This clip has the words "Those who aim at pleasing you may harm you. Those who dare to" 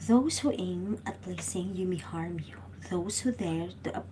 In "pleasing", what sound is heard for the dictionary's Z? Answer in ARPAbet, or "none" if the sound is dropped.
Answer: S